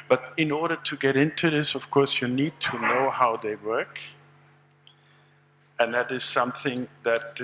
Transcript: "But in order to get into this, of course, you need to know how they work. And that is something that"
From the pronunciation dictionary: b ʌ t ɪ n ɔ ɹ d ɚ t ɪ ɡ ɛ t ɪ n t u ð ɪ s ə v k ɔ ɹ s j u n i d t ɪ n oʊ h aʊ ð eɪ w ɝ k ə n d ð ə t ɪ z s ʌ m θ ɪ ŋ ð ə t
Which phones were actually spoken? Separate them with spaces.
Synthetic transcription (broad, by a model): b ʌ t ɪ n ɔ ɹ d ɚ t ɪ ɡ ɛ t ɪ n t u ð ɪ s ə v k ɔ ɹ s j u n i d t ɪ n oʊ h aʊ ð eɪ w ɝ k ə n ð ə t ɪ z s ʌ m θ ɪ ŋ ð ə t